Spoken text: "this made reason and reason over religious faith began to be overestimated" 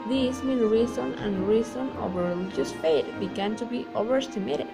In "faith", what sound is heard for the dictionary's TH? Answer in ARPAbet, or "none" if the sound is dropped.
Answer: T